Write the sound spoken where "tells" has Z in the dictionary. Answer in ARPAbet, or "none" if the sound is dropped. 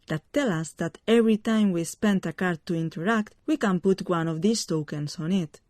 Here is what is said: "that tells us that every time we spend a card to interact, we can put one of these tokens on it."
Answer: none